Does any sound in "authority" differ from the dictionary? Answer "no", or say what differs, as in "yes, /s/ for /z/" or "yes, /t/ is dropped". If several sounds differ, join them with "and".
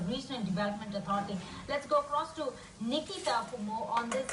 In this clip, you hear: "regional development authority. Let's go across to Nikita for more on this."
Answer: yes, /t/ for /θ/